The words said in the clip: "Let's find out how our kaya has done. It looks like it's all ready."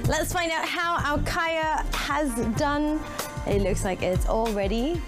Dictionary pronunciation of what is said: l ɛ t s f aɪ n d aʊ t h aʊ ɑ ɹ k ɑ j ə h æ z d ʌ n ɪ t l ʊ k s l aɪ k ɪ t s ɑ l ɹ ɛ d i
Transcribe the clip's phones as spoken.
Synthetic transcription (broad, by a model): l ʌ t s f aɪ n d aʊ t h aʊ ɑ l k ɑ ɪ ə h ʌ z d ʌ n ɪ t l ʊ k s l aɪ k ɪ t s ɑ l ɹ ɛ d i